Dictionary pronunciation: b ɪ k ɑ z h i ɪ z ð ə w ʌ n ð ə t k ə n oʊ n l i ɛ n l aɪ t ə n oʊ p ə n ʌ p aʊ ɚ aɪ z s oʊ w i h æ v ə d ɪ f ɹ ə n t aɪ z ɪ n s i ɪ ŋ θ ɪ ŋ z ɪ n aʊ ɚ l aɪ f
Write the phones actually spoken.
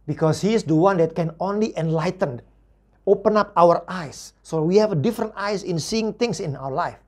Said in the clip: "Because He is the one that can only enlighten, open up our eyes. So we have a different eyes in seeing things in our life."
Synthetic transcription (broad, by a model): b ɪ k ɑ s h i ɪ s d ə w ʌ n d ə t k ə n oʊ n l i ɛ n l aɪ t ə n oʊ p ə n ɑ p aʊ ɚ aɪ s oʊ w i h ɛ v ə d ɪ f ɹ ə n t aɪ s ɪ n s i ɪ ŋ t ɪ ŋ s ɪ n aʊ ɚ l aɪ f